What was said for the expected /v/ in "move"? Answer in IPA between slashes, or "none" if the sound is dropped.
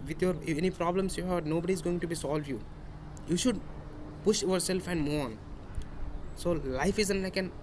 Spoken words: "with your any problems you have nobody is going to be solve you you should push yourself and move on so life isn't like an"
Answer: none